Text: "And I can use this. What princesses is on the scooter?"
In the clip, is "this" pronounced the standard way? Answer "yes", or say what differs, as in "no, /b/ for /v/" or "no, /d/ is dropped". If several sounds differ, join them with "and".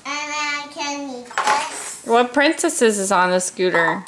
no, /s/ is dropped